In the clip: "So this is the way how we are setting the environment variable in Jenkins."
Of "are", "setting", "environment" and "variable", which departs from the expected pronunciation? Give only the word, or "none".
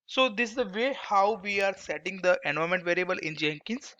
environment